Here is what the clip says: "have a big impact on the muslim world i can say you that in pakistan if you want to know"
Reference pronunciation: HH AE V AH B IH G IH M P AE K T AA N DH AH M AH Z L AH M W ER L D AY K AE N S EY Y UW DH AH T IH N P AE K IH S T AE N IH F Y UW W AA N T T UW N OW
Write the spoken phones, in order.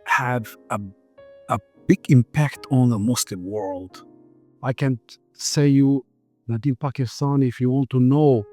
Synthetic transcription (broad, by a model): HH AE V AH B IH G IH M P AE K T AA N DH AH M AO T L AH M W ER L D AY K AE N S EY Y UW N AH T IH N P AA K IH S T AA N IH F Y UW W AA N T T UW N OW